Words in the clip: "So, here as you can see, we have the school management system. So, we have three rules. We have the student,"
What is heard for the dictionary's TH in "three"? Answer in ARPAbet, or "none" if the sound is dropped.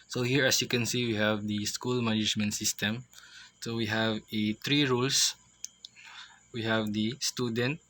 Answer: T